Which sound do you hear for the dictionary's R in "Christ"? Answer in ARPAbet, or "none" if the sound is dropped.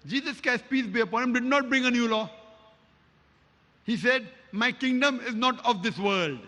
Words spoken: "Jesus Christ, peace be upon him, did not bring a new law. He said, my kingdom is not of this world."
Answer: none